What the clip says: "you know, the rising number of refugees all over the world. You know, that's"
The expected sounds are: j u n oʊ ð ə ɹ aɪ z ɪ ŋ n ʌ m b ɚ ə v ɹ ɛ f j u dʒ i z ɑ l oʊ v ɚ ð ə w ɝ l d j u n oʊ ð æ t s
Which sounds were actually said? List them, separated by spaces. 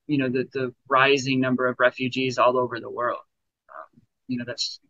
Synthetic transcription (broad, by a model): j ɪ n oʊ ð ə ɹ aɪ z ɪ ŋ n ʌ m b ɚ ə v ɹ ɛ f j u dʒ i z ɑ l oʊ v ɚ ð ə w ɝ l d j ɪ n oʊ ð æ t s